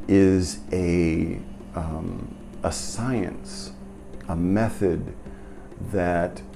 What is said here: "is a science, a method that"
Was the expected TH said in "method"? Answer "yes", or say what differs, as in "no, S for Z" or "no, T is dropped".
yes